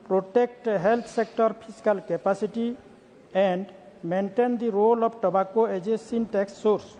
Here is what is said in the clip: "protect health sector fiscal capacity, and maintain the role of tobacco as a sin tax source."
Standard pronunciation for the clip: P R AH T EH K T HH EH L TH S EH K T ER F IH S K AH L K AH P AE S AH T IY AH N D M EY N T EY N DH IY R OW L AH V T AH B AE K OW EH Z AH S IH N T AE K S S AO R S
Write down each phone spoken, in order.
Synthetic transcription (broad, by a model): P R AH T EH K T HH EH L T S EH K T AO P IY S K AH L K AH P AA S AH T IY AH N D M EY N T EY N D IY R OW L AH B T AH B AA K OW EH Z AH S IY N T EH K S S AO R S